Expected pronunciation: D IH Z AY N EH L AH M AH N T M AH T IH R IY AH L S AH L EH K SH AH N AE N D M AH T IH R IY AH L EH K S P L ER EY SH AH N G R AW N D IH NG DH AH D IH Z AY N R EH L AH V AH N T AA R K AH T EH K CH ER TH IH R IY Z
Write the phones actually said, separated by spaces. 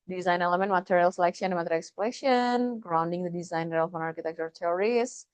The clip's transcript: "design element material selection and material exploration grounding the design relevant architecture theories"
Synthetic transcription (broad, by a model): D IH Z AY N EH L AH M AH N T M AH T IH R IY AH L S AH L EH K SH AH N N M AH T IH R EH K S P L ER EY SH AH N G R AW N D IH NG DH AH D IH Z AY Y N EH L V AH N AA R K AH T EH K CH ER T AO R IY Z